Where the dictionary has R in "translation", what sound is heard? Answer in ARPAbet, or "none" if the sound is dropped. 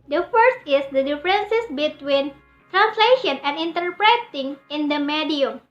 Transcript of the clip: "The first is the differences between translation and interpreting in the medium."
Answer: R